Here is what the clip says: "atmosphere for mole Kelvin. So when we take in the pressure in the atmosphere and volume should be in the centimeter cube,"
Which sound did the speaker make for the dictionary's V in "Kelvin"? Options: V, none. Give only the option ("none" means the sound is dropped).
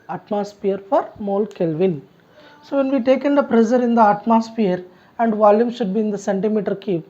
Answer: V